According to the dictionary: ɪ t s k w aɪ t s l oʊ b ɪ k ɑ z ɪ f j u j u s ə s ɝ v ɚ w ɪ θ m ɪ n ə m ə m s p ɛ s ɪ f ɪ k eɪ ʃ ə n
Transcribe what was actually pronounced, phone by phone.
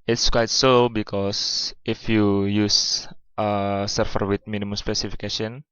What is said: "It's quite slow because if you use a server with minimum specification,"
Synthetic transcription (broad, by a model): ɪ t s k w aɪ t s oʊ b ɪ k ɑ s ɪ f j u j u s ə s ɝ f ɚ w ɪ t m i n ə m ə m s p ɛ s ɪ f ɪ k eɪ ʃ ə n